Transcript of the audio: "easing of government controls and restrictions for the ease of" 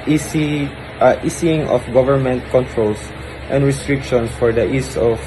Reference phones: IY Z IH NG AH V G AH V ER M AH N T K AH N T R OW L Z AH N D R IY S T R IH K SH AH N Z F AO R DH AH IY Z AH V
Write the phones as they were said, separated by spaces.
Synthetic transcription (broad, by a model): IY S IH NG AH F G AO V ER M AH N T K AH N T R OW L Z AH N D R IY S T R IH K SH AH N S F AO R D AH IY S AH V